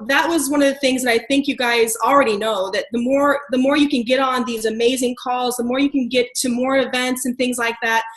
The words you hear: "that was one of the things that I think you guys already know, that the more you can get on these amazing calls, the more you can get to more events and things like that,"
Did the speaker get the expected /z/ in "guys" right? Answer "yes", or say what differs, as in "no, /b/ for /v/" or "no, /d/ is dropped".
yes